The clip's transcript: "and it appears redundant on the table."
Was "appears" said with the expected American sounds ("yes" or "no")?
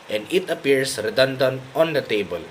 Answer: no